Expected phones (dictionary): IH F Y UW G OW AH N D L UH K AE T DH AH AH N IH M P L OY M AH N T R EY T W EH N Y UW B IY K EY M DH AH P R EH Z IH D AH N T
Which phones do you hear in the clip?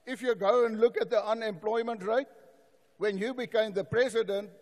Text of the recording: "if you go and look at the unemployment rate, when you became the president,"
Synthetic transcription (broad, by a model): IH F Y UW G OW AH N D L UH K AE T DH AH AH N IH M P L OY M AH N T R EY T W EH N Y UW B IY K EY M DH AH P R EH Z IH D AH N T